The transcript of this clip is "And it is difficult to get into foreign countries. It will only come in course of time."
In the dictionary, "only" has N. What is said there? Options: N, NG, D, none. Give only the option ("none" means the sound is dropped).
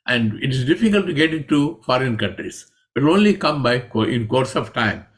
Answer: N